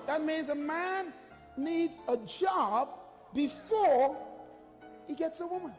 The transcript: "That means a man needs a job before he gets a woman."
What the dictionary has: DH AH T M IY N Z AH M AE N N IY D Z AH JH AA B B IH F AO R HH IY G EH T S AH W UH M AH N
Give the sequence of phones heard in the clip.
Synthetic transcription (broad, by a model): DH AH T M IY N Z AH M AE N N IY D Z AH JH AA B B IH F AO R HH IY G EH T S AH W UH M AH N